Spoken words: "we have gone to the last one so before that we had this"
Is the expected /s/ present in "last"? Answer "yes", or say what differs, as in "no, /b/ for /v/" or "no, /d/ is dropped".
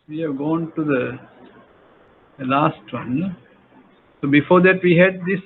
yes